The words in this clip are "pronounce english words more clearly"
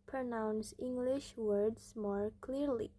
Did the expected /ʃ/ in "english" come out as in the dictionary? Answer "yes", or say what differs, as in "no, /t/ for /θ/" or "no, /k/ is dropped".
yes